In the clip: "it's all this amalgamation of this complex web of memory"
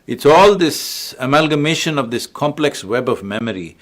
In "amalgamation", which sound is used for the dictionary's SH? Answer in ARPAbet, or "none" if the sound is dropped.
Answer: SH